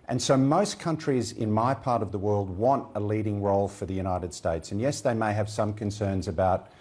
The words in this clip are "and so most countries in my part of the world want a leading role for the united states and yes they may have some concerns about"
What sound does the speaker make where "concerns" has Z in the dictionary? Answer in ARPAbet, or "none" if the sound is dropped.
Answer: Z